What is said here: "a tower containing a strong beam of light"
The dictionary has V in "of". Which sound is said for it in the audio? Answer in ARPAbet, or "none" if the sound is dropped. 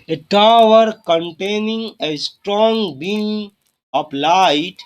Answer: P